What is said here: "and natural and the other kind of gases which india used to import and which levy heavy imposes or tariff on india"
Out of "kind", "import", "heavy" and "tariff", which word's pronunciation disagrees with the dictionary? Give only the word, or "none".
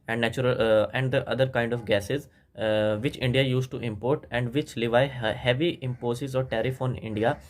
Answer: none